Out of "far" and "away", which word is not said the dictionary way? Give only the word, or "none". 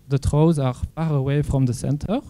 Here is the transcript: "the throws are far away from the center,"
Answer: far